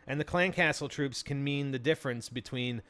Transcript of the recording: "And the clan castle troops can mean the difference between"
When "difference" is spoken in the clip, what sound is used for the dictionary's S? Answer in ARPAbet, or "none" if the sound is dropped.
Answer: S